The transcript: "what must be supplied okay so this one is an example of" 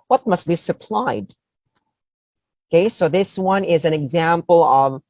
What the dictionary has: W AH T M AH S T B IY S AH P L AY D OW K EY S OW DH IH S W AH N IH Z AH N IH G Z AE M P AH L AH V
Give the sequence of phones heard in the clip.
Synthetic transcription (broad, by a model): W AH T M AH S T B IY S AH P L AY D OW K EY S OW DH IH S W AH N IH Z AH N IH G Z AE M P AH L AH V